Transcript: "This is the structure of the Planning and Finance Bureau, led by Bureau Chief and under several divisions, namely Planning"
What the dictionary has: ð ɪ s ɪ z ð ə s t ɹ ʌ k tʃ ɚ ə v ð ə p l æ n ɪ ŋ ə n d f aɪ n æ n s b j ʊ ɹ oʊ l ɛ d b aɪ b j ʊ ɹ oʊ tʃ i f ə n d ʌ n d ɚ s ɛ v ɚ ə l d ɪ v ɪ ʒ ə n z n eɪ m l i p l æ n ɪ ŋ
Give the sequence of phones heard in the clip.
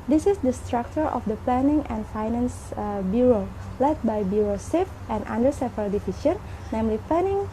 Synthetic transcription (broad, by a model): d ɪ s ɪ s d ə s t ɹ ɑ k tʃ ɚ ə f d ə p l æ n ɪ ŋ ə n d f aɪ n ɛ n s b j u ɹ oʊ l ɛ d b aɪ b j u ɹ oʊ s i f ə n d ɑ n d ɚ s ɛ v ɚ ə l d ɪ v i ʃ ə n n eɪ m l i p l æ n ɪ ŋ